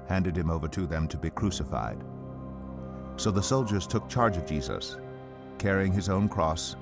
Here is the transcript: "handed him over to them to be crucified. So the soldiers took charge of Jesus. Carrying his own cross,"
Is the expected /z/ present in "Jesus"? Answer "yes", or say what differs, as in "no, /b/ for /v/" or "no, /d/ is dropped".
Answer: yes